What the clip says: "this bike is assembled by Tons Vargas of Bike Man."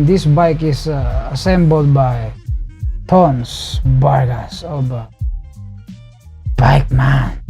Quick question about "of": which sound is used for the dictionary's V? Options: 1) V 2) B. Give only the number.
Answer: 2